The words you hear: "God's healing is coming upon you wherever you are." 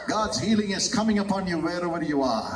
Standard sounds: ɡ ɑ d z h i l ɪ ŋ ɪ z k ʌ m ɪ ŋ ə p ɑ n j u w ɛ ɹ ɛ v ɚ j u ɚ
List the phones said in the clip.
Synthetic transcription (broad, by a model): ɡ ɑ d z h i l ɪ ŋ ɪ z k ʌ m ɪ ŋ ə p ɑ n j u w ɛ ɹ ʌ w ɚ j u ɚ